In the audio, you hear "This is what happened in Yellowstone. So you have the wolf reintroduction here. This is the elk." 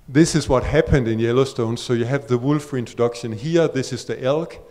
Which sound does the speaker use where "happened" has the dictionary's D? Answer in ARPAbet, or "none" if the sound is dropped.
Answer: D